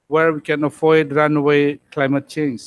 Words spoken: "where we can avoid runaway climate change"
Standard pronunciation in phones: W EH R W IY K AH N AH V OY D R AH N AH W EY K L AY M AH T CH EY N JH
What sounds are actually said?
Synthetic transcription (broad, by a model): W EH R W IY K AH N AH F OY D R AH N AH W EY K L AY M AH T CH EY N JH